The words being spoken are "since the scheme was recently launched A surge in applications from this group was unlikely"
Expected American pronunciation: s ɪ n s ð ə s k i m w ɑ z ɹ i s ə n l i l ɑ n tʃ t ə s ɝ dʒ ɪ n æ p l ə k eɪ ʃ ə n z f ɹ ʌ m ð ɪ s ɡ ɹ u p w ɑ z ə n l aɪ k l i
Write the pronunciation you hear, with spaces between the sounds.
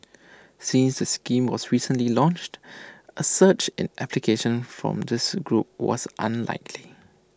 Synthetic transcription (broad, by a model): s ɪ n s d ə s k i m w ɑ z ɹ i s ə n l i l ɑ n tʃ t ə s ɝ tʃ ɪ n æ p l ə k eɪ ʃ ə n f ɹ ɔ m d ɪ s ɡ ɹ u p w ɑ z ə n l aɪ k l i